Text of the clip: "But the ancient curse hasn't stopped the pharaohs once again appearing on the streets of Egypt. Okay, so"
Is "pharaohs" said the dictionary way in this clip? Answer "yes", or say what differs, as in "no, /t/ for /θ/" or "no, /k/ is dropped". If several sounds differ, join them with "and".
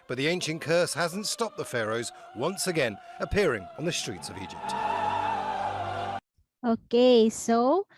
yes